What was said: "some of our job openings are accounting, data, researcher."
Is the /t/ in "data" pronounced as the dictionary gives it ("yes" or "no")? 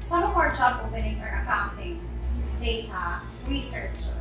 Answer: no